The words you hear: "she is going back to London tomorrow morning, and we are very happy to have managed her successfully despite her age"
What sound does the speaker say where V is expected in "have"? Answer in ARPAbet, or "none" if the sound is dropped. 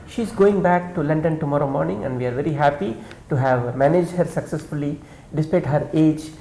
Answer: V